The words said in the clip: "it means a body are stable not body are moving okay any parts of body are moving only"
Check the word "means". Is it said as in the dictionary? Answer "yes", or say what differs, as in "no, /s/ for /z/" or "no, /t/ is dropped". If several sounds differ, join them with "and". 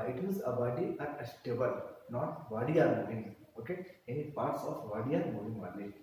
no, /n/ is dropped